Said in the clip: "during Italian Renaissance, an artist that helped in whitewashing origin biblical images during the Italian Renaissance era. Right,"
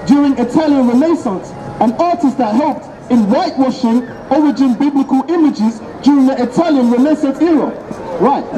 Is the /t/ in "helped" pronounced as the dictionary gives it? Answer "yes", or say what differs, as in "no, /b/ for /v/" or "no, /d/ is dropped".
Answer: yes